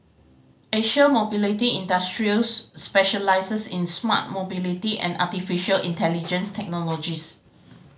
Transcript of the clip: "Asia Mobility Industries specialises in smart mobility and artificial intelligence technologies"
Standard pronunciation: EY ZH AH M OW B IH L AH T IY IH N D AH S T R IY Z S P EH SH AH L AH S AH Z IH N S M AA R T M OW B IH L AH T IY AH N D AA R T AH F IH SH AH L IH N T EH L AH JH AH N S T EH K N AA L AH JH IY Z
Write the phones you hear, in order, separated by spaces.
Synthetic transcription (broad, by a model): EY SH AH M OW B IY L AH T IY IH N D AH S T R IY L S P EH SH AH L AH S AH S IH N S M AA T M OW B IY L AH T IY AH N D AA T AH F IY SH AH L IH N T EH L AH JH AH N S T EH K N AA L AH JH IY S